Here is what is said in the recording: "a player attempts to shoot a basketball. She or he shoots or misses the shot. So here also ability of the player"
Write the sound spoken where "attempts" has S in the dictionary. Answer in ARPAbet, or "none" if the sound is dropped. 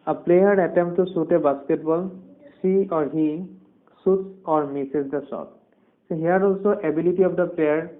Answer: none